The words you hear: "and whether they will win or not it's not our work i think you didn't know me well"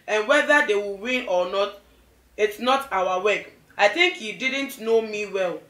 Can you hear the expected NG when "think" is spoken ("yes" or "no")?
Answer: yes